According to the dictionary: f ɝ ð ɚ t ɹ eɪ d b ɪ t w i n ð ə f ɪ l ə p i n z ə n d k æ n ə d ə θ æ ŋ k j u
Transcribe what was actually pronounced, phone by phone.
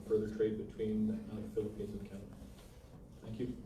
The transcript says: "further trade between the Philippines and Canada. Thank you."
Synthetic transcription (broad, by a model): f ɝ ð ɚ t ɹ eɪ d b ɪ t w i n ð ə f ɪ l ə p i n z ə n k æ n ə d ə θ æ ŋ k j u